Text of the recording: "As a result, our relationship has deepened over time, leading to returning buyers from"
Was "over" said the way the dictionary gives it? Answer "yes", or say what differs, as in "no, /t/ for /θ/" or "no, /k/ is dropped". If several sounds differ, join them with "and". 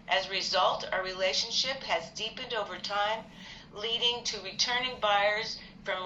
yes